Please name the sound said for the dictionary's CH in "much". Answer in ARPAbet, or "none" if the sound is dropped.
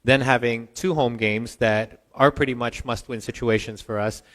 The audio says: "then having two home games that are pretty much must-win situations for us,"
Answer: CH